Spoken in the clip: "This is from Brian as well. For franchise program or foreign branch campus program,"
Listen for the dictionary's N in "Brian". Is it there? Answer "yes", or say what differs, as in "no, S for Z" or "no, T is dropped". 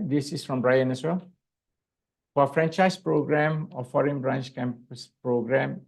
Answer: yes